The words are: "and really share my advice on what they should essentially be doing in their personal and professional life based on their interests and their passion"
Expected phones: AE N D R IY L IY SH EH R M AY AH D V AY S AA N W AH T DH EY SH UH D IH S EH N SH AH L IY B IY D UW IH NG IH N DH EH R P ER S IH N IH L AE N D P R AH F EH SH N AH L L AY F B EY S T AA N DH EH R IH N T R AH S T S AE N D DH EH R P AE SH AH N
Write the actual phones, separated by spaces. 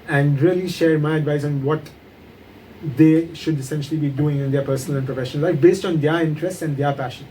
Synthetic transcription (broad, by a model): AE N D R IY L IY SH EH R M AY AH D V AY S AA N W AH T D EY SH UH D IH S EH N SH AH L IY B IY D UW IH NG IH N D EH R P ER S IH N IH L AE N P R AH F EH SH AH N L AY F B EY S T AA N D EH R IH N T R AH S T S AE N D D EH R P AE SH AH N